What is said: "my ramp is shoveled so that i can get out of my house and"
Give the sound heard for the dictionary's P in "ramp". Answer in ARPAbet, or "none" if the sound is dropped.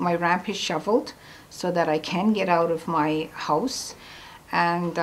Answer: P